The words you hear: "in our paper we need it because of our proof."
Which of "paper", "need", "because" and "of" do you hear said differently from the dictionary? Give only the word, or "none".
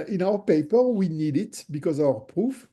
of